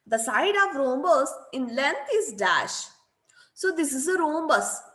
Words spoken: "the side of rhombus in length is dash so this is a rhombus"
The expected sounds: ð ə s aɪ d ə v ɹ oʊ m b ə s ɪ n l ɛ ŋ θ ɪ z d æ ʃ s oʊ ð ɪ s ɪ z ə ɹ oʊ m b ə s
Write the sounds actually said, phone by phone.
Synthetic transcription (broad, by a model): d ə s aɪ d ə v ɹ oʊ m b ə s ɪ n l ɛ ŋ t ɪ z d æ ʃ s oʊ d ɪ s ɪ z ə ɹ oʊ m b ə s